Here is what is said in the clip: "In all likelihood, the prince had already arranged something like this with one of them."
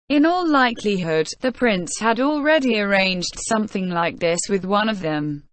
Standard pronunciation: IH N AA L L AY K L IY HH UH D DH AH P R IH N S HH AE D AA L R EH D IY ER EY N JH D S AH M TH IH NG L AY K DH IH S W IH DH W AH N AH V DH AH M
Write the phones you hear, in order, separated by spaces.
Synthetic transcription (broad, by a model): IH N AA L L AY K L IY HH UH D DH AH P R IH N S HH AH D AA L R EH D IY ER EY N JH D S AH M TH IH NG L AY K DH IH S W IH DH W AH N AH V DH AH M